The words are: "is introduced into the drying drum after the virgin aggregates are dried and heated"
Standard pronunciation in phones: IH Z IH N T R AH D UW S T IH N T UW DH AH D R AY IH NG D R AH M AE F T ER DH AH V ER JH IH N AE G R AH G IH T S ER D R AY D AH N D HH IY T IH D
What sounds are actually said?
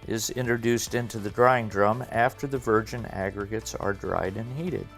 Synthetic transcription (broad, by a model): IH Z IH N T R AH D UW S T IH N T UW DH AH D R AY IH NG D R AH M AE F T ER DH AH V ER JH IH N AE G R AH G IH T S ER D R AY D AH N HH IY T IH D